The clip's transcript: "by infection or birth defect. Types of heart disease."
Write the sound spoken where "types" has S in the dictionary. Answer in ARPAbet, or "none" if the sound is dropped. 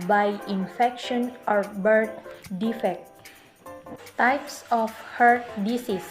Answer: S